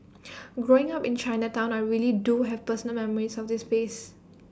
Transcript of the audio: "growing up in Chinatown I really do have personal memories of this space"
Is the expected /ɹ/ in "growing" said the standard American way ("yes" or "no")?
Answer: yes